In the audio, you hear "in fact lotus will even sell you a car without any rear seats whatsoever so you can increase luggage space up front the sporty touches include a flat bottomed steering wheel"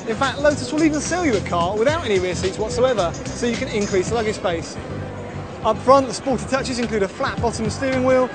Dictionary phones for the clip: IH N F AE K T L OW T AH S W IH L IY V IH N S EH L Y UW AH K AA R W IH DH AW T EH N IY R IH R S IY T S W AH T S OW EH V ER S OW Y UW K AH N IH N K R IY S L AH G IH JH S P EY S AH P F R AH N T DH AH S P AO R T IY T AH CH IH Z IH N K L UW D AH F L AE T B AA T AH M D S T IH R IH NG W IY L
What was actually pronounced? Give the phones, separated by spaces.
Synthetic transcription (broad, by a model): IH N F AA K T L OW T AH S W IH L IY V IH N S EH L Y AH AH K AA W IH DH AW T EH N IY R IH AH S IY T S W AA T S OW EH V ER S OW Y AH K AH N IH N K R IY S L AH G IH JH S B EY S AH P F R AH N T DH AH S P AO T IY T AH CH IH Z IH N K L UW D AH F L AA T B AA T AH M S T IH R IH NG W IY L